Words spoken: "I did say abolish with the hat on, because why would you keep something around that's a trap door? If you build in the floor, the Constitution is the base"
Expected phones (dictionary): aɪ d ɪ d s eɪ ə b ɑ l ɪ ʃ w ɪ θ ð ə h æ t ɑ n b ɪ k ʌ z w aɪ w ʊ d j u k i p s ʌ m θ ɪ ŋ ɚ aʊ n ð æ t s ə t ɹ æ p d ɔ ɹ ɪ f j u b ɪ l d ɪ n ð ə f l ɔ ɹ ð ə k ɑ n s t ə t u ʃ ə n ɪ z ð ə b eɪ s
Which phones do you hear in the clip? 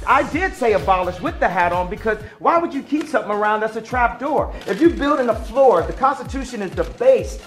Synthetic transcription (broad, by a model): aɪ d ɪ d s eɪ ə b ɑ l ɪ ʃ w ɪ ð ə h æ t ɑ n b ɪ k ʌ z w aɪ w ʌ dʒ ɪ k i p s ʌ m θ ɪ ŋ ɚ aʊ n ð æ t s ə t ɹ æ p d ɔ ɹ ɪ f j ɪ b ɪ l d ɪ n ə f l ɔ ɹ ð ə k ɑ n s t ə t u ʃ ə n ɪ z ð ə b eɪ s